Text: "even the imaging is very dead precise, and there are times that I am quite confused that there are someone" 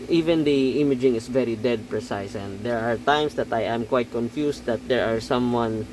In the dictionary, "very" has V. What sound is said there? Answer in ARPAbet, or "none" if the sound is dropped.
V